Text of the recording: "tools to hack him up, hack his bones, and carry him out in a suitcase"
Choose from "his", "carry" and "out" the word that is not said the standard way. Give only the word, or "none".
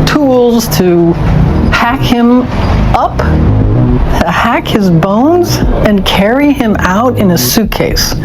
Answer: none